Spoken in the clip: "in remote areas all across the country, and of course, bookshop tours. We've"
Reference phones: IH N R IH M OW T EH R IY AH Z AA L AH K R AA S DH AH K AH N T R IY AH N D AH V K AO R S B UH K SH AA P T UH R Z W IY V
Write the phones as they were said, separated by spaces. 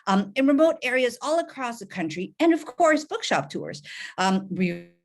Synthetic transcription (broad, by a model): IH N R IH M OW T EH R IY AH Z AA L AH K R AA S DH AH K AH N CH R IY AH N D AH V K AO R S B UH K SH AA P T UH R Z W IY